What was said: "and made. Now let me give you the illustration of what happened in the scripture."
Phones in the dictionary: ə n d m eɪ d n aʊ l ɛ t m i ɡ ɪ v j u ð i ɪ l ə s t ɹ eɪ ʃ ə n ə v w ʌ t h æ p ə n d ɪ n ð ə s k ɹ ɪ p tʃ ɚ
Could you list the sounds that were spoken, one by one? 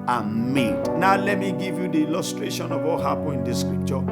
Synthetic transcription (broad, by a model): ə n m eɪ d n aʊ l ɛ t m i ɡ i v j u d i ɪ l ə s t ɹ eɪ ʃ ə n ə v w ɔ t h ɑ p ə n ɪ n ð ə s k ɹ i p tʃ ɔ